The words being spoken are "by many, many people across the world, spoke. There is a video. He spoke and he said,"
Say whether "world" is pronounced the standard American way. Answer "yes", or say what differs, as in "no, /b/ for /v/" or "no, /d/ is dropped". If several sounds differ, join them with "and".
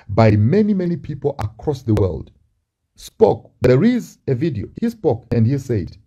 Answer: yes